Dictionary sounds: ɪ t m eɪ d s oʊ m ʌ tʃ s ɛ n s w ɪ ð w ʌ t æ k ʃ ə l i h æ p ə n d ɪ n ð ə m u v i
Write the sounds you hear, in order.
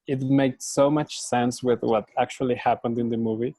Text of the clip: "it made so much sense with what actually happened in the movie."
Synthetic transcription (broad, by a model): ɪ t m eɪ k s oʊ m ʌ tʃ s ɛ n s w ɪ ð w ʌ t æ k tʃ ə l i h æ p ə n d ɪ n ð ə m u v i